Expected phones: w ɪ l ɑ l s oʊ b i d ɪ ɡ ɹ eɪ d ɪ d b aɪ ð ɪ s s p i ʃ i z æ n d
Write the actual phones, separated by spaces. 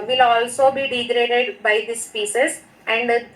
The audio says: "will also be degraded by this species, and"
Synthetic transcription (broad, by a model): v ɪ l ɑ l s oʊ b i d ɪ ɡ ɹ eɪ d ɪ d b aɪ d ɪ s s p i s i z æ n d